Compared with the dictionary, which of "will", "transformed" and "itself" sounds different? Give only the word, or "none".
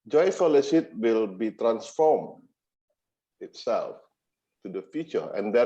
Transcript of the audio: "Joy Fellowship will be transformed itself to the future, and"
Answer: transformed